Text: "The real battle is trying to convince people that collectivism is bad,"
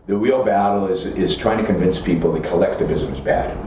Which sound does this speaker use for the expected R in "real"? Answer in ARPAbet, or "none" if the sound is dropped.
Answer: W